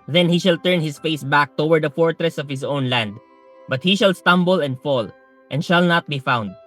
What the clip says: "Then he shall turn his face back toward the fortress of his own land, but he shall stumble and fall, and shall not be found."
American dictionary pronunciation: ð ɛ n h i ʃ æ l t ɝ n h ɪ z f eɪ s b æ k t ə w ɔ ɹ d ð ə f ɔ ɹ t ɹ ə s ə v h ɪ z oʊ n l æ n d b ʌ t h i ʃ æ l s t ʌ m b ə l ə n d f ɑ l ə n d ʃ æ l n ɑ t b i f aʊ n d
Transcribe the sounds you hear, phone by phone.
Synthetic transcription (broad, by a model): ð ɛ n h i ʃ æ l t ɝ n h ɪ s f eɪ s b æ k t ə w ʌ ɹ d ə f ɔ ɹ t ɹ ə s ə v h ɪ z oʊ n l æ n d b ʌ t h i ʃ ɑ l s t ʌ m b ə l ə n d f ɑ l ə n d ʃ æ l n ɑ t b i f aʊ n d